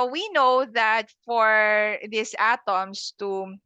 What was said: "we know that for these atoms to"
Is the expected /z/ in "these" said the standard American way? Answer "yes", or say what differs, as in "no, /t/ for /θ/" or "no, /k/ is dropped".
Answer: no, /s/ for /z/